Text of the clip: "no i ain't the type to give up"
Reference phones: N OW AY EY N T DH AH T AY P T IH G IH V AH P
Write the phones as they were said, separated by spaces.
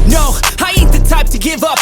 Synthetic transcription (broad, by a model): N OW AY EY T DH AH T AY P T IH G IH V AH P